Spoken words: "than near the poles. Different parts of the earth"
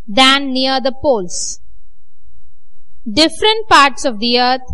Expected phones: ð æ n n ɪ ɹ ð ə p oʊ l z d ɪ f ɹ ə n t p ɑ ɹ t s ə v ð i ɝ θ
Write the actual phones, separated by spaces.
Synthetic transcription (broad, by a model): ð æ n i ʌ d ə p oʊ l s d ɪ f ɹ ə n t p ɑ ɹ t s ə v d i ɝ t